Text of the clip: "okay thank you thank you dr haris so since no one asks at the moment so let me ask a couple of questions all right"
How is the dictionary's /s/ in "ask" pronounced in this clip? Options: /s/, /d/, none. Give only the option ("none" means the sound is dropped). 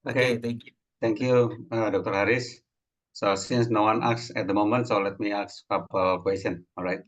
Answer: none